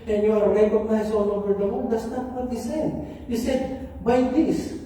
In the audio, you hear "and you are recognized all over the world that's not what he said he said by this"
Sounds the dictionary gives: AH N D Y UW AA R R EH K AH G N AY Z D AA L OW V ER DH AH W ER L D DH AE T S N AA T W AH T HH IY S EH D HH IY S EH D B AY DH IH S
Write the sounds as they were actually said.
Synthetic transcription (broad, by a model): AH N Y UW AA R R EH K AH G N AY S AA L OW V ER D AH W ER N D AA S N AA T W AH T HH IY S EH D HH IY S EH D B AY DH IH S